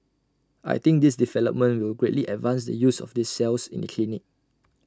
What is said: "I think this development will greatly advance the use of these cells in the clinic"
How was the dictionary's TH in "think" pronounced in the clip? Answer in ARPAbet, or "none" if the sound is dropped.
T